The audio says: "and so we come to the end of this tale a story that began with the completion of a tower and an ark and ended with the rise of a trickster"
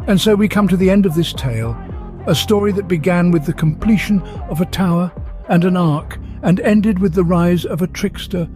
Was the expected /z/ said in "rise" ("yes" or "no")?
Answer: yes